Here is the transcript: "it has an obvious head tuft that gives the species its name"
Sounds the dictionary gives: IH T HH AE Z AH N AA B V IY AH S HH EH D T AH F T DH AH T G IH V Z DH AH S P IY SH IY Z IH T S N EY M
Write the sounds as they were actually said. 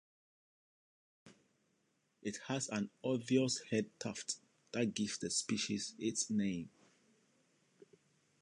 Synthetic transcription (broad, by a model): IH T HH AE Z AH N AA V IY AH S HH EH D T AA F T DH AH T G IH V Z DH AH S P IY SH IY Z IH T S N EY M